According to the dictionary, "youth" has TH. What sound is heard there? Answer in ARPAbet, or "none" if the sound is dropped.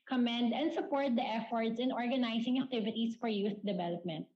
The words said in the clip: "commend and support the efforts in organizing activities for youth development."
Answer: S